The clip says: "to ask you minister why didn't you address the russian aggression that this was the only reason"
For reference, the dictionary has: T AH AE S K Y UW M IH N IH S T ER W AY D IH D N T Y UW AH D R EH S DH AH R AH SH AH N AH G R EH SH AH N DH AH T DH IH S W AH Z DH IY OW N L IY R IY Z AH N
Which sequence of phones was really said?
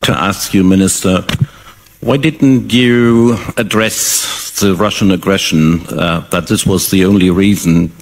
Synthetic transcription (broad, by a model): T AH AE S K Y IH M IH N IH S T ER W AY D IH D N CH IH AH D R EH S DH AH R AH SH AH N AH G R EH SH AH N DH AH T DH IH S W AH Z DH IY OW N L IY R IY Z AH N